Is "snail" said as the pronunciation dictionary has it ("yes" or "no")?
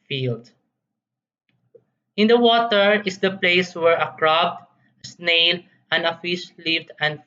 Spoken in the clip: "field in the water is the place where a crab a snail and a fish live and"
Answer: yes